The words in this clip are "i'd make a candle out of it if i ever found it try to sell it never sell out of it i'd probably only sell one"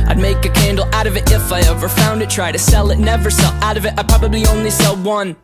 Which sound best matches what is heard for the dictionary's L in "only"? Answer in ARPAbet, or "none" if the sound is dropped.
L